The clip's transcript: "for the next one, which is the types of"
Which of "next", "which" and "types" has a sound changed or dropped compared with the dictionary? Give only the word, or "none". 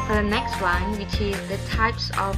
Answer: none